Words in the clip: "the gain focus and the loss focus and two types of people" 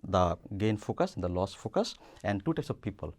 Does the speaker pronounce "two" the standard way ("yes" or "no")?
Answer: yes